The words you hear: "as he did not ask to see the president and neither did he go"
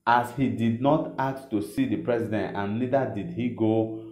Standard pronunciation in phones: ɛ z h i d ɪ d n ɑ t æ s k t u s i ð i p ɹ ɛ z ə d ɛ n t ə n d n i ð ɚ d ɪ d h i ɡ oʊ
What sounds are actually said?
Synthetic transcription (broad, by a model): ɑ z h i d ɪ d n ɑ t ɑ k t u s i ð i p ɹ ɛ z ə d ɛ n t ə n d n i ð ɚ d ɪ d h i ɡ oʊ